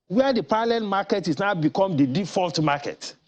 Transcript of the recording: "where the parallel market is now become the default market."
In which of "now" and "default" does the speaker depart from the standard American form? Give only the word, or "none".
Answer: none